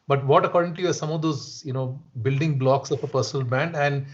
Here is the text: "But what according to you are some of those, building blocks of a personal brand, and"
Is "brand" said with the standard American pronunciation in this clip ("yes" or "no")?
no